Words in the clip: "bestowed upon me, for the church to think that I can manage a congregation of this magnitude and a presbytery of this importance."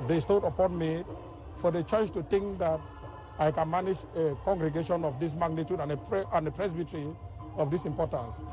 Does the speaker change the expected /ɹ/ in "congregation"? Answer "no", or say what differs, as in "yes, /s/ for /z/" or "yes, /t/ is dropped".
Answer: no